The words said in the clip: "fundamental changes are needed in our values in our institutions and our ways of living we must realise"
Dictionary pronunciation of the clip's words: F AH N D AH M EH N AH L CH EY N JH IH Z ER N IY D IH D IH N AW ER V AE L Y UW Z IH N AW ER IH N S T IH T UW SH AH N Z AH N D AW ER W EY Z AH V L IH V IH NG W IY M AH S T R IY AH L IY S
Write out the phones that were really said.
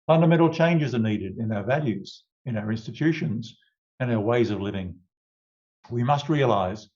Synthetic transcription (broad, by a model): F AH N D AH M EH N L CH EY N JH IH Z ER N IY D IH D IH N AW ER V AE L Y UW Z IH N AW ER IH N S T IH T UW SH AH N Z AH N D AW ER W EY Z AH V L IH V IH NG W IY M AH S T R IY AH L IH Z